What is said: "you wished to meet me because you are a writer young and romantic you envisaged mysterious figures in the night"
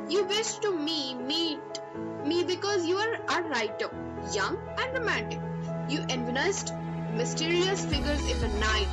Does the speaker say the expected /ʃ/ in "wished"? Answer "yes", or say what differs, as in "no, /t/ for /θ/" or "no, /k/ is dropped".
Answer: no, /s/ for /ʃ/